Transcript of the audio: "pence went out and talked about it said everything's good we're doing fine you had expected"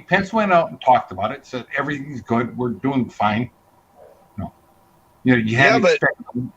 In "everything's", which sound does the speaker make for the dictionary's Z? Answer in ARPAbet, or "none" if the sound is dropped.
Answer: Z